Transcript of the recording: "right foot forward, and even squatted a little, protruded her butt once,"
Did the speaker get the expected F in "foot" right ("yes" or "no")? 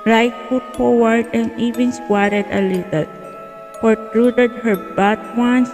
no